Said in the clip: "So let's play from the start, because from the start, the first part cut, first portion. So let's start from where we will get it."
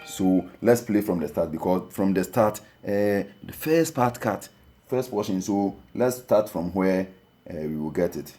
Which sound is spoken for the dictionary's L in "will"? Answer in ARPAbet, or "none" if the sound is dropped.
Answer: L